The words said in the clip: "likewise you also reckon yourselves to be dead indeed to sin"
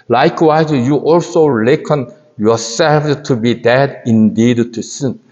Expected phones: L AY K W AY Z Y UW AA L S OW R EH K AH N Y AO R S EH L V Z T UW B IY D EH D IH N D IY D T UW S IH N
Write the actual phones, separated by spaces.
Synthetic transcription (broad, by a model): L AY K W AY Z Y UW AA L S OW L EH K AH N Y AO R S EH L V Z T UW B IY D EH D IH N D IY D T UW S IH N